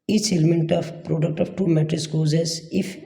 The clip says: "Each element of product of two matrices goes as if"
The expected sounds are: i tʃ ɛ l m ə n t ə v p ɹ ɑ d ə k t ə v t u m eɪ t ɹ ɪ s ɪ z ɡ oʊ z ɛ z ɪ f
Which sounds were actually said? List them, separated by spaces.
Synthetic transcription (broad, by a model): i tʃ ɛ l m ə n t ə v p ɹ ɑ d ə k t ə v t u m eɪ t ɪ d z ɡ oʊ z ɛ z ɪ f